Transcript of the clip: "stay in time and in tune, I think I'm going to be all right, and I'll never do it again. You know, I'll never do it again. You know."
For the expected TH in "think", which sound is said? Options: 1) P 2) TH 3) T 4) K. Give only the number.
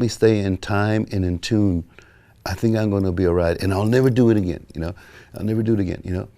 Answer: 2